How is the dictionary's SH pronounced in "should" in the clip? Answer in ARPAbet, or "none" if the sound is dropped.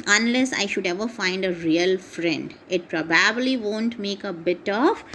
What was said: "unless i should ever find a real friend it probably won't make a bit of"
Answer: SH